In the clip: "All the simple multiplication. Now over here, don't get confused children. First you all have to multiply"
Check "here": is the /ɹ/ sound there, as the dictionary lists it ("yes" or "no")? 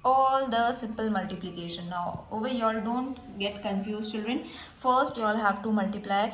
no